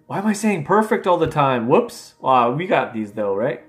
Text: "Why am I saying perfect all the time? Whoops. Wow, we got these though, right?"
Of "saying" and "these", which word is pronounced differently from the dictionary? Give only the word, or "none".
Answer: none